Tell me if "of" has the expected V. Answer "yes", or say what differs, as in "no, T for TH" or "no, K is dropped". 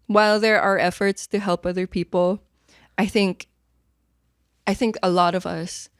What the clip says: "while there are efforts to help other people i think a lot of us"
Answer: yes